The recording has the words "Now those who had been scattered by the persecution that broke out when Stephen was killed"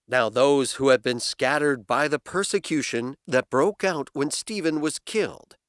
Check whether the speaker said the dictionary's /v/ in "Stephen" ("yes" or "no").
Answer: yes